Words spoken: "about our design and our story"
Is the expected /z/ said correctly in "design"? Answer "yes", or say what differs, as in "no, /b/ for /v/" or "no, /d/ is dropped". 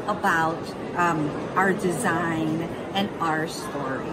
yes